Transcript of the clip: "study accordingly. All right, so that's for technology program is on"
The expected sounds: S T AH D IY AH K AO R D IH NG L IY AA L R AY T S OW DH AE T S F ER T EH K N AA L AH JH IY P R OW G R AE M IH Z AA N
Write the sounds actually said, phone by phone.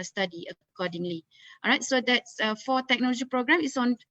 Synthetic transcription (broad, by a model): S T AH D IY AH K AO D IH NG L IY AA R AY T S OW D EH T S F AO T EH K N AA L AH JH IY P R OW G R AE M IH S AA N